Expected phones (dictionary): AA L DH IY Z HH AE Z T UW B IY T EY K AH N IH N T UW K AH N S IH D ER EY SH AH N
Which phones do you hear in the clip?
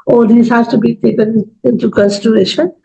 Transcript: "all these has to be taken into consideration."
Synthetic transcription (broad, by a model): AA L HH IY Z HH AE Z T UW B IY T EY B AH L IH N T UW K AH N S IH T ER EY SH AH N